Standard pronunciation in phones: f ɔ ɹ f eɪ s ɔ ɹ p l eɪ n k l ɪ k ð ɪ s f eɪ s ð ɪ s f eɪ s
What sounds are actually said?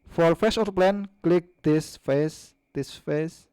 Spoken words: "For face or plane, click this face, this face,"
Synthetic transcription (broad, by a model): f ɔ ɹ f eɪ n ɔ l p l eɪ n k l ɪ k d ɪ s f eɪ s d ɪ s f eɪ s